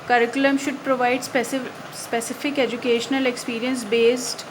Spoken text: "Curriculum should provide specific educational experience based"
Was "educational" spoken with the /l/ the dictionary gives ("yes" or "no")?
yes